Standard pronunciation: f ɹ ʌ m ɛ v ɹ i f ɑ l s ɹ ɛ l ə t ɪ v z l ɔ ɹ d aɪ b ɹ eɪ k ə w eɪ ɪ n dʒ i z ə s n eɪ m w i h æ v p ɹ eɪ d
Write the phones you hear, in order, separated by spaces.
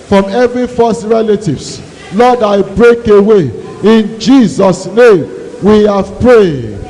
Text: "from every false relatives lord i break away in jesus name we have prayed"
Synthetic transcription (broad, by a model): f ɹ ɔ m ɛ v ɹ i f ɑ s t ɹ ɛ l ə t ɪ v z l ɔ d aɪ b ɹ eɪ k ə w eɪ ɪ n dʒ i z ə s n eɪ m w i h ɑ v p ɹ eɪ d